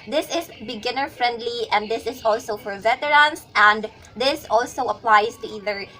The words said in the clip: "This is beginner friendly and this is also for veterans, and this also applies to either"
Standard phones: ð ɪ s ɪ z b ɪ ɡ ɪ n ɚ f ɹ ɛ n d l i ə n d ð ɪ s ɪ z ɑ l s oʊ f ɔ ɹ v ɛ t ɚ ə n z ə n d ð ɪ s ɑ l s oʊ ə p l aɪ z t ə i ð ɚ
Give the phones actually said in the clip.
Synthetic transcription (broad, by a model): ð ɪ s ɪ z b ɪ ɡ ɪ n ɚ f ɹ ɛ n d l i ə n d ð ɪ s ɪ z ɑ l s oʊ f ɔ ɹ v ɛ t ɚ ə n s ə n d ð ɪ s ɑ l s oʊ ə p l aɪ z t ə i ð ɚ